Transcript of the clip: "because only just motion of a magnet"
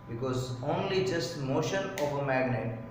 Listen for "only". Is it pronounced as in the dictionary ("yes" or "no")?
yes